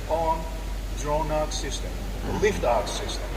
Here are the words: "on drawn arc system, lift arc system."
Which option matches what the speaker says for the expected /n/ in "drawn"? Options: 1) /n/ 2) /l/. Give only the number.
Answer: 1